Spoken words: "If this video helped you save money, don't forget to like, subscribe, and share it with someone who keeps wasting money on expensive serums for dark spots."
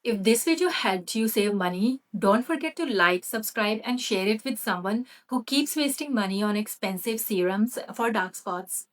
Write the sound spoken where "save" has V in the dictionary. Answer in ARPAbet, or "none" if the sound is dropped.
V